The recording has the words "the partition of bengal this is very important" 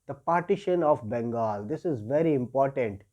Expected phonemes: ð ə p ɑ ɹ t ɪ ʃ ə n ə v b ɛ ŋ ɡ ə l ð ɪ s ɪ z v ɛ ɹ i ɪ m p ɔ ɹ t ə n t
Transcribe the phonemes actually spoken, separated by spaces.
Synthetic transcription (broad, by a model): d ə p ɑ ɹ t ɪ ʃ ə n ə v b ɛ ŋ ɡ ə l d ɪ s ɪ z v ɛ ɹ i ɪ m p ɔ ɹ t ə n t